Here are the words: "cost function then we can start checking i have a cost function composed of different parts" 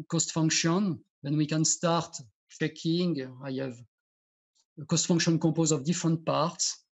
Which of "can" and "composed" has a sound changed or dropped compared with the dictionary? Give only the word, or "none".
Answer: composed